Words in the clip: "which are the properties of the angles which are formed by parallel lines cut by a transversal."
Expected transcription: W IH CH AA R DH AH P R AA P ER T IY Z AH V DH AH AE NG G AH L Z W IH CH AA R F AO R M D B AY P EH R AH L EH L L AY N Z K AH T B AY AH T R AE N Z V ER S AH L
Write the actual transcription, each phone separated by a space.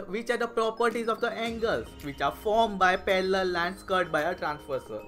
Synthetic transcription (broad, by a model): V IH CH AA R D AH P R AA P ER T IY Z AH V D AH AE NG G AH L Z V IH CH AA R F AO R M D B AY P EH L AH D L L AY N S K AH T B AY AH T R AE N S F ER S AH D